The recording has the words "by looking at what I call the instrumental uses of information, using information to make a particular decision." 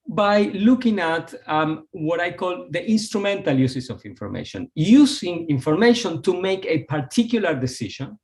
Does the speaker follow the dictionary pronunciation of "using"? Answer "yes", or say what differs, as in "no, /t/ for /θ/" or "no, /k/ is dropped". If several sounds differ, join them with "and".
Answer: no, /s/ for /z/